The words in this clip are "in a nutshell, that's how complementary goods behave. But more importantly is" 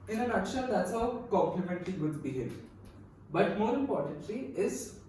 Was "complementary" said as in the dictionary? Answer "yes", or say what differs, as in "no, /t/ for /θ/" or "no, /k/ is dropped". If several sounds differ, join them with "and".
no, /l/ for /ɹ/